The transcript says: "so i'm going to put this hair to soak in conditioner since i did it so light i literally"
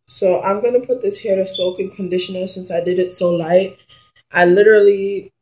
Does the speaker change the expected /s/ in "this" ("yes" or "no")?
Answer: no